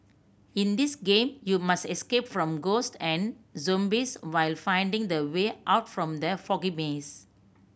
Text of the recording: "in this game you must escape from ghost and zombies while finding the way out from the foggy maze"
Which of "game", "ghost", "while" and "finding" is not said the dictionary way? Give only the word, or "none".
none